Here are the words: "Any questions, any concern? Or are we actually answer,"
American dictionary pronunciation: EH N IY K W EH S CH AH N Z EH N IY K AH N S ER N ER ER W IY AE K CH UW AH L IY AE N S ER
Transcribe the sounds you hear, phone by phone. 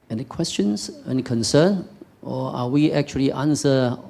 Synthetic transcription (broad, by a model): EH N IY K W EH S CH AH N S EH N K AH N S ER N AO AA W IY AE K CH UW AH L IY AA N S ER